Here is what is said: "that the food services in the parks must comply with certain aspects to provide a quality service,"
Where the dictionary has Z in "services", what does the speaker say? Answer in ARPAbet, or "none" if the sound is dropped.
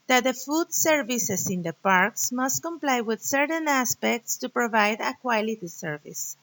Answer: S